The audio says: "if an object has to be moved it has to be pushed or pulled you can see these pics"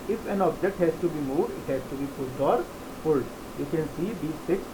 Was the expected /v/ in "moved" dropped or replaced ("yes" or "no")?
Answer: yes